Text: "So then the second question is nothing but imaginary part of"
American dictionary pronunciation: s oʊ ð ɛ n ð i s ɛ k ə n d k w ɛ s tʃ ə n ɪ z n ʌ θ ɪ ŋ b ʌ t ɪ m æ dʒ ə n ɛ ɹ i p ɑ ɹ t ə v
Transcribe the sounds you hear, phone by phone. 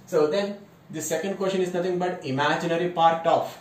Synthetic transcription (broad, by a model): s oʊ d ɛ n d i s ɛ k ə n d k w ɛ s ʃ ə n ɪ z n ʌ t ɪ ŋ b ʌ t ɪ m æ dʒ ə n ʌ ɹ i p ɑ ɹ t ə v